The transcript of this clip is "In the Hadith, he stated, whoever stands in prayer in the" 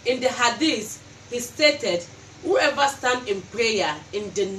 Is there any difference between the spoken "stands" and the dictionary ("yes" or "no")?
yes